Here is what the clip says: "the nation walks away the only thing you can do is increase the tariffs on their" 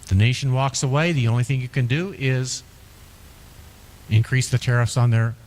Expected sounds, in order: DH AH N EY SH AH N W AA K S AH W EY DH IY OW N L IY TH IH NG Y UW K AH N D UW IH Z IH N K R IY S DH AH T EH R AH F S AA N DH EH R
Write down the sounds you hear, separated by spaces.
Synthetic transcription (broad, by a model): DH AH N EY SH N W AA K S AH W EY DH IY OW N L IY TH IH NG Y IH K AH N D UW IH Z IH N K R IY S DH AH T EH R AH F S N DH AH R